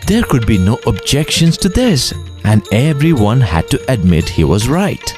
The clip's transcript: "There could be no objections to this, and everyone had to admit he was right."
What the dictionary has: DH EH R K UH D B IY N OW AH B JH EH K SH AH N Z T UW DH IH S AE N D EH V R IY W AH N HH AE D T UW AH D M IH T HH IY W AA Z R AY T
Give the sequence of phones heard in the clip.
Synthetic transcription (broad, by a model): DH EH R K UH D B IY N OW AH B JH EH K SH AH N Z T UW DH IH S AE N D EH V R IY W AH N HH AE D T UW AH D M IH T HH IY W AA Z R AY T